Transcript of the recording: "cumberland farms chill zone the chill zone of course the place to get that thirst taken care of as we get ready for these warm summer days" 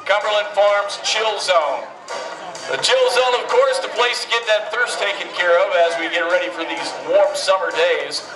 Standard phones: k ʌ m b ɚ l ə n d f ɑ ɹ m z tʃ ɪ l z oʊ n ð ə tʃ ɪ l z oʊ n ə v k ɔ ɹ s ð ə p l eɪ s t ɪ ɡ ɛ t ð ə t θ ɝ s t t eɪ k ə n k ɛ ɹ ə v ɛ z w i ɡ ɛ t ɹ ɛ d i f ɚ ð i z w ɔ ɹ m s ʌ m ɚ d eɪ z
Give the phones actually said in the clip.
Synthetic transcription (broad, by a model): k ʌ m b ɚ l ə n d f ɑ ɹ m z tʃ ɪ l z oʊ n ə tʃ ɪ l z oʊ n ə v k ɔ ɹ s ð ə p l eɪ s t ɪ ɡ ɛ t ð ə t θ ɝ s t t eɪ k ə n k ɛ ɹ ə v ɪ z w i ɡ ɛ t ɹ ɛ d i f ɚ ð i z w ɔ ɹ m s ʌ m ɚ d eɪ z